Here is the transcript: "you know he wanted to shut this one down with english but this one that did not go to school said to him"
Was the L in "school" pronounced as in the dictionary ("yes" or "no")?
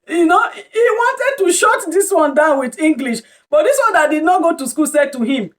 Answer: yes